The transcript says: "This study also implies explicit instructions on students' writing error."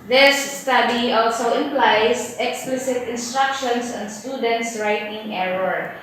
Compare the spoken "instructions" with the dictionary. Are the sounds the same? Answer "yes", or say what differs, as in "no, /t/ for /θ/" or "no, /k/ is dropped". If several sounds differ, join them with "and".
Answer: no, /s/ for /z/